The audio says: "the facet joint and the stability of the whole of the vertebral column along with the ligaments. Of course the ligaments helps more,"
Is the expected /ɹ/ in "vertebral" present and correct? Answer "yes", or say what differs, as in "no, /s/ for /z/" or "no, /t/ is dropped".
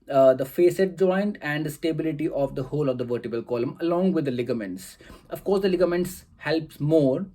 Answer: no, /ɹ/ is dropped